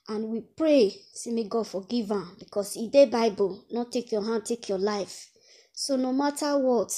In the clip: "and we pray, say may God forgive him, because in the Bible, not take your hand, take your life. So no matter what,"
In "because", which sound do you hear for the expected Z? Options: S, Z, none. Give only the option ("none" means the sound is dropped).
S